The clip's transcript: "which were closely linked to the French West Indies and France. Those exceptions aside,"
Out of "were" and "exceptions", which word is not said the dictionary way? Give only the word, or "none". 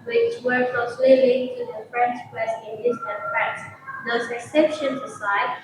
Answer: exceptions